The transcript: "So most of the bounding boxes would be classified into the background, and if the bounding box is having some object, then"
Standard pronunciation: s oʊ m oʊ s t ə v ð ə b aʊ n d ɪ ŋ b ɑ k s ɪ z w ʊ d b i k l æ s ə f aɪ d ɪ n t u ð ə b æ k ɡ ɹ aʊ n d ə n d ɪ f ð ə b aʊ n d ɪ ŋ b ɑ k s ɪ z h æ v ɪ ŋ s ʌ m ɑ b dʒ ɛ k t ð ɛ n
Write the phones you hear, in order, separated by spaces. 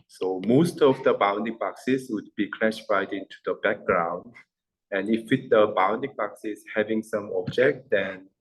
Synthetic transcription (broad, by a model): s oʊ m oʊ s t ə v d ə b aʊ n d ɪ ŋ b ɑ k s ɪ s w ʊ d b i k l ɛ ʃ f aɪ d ɪ n t u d ə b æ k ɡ ɹ aʊ n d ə n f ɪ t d ə b aʊ n d ɪ ŋ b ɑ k s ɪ s h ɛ v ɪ ŋ s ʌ m ɑ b dʒ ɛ k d ɛ n